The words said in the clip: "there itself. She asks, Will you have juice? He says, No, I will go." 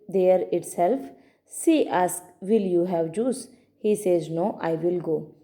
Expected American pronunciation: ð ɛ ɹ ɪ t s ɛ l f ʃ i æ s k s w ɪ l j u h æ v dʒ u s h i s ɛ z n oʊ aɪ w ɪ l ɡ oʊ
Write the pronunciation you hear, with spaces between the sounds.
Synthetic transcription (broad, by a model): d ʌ ɹ ɪ t s ɛ l f s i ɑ s k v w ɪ l j u h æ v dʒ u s h i s ɛ z n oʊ aɪ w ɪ l ɡ oʊ